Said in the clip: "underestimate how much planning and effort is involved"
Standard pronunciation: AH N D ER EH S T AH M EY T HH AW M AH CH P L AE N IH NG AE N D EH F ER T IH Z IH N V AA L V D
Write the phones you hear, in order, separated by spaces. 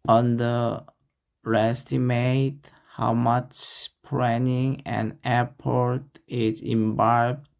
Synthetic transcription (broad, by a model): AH N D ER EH S T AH M EY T HH AW M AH CH P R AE N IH NG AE N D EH P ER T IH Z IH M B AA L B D